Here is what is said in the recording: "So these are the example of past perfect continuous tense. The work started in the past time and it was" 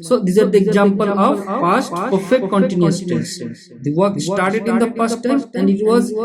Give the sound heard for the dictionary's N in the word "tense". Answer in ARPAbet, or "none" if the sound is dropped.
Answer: none